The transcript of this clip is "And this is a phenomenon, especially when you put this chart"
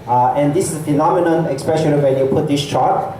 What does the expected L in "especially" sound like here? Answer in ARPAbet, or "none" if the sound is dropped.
N